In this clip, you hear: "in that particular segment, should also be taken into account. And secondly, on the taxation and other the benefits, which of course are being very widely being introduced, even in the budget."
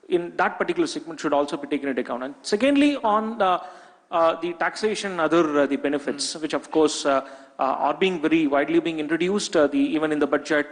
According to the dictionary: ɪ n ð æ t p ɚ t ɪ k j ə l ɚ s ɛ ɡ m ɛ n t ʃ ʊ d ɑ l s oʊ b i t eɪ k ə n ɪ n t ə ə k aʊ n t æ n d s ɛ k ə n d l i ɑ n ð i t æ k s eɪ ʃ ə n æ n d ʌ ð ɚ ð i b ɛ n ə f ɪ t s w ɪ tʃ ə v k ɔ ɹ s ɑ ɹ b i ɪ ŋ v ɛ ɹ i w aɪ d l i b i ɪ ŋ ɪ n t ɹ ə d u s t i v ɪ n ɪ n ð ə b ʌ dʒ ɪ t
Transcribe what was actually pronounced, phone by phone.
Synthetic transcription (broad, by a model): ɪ n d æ t p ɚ t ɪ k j l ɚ s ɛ ɡ m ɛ n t ʃ ʊ d ɑ l s oʊ b i t eɪ k ə n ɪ t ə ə k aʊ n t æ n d s ɛ k ə n d l i ɑ n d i t æ k s eɪ ʃ ə n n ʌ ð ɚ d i b ɛ n ə f ɪ t s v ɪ tʃ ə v k ɔ ɹ s ɑ ɹ b i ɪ ŋ v ɛ ɹ i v aɪ d l i b i ɪ ŋ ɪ n t ɹ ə d u s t i v ɪ n ɪ n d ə b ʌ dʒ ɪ t